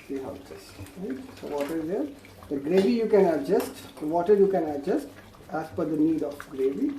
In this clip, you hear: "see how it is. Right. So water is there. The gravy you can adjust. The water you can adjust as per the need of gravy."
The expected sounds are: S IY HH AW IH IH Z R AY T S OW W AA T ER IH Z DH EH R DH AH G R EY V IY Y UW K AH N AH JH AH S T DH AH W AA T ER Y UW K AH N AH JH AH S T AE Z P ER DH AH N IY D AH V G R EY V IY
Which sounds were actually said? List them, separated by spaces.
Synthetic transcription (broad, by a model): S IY HH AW IH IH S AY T S OW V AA T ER IH Z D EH R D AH G R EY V IY Y UW K AH N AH JH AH S T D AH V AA T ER Y UW K AH N AH JH AH S T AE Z F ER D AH N IY D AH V G R EY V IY